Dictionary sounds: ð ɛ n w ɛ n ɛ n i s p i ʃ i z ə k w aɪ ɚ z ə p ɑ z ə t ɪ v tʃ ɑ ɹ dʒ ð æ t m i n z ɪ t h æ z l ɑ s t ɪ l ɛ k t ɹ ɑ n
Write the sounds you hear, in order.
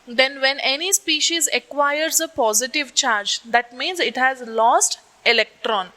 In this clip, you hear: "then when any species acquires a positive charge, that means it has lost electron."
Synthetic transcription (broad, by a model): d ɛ n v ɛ n ɛ n i s p i ʃ i z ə k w aɪ ɚ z ə p ɑ z ə t ɪ v tʃ ɑ ɹ dʒ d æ t m i n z ɪ t h æ z l ɑ s t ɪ l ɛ k t ɹ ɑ n